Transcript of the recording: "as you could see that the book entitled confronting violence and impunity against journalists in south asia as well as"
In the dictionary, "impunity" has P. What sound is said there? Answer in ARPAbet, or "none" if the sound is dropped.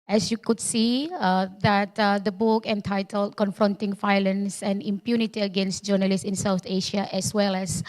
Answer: P